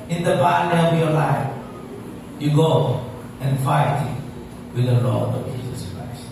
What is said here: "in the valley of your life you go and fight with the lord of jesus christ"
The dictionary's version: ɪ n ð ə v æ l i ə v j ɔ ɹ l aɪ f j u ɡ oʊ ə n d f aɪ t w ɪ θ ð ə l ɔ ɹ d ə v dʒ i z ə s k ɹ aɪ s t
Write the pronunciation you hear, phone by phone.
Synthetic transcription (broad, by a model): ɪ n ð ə p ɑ n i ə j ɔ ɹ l aɪ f j u ɡ oʊ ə n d f aɪ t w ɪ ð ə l ɔ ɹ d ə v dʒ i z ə s k ɹ aɪ s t